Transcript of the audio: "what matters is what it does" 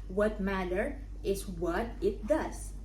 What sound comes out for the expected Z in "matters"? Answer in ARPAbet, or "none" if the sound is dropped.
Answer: none